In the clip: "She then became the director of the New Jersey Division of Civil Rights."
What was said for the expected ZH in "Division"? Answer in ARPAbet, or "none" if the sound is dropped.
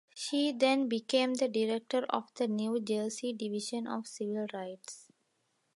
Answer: SH